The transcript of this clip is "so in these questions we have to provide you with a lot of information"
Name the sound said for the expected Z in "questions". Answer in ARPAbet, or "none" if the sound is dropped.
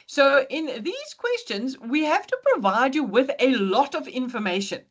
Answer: Z